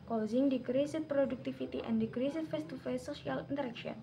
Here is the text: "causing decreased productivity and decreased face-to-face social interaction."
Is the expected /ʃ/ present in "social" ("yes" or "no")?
no